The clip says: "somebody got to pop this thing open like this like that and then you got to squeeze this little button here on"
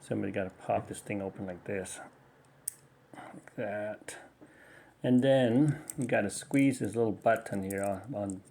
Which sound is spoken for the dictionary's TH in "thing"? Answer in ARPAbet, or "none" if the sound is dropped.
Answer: TH